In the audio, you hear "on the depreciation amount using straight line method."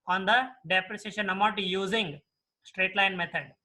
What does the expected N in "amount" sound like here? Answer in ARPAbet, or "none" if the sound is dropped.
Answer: none